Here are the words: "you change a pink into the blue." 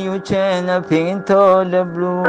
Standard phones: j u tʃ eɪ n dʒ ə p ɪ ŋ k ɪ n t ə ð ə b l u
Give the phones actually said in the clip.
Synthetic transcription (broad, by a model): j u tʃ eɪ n ə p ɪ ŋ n t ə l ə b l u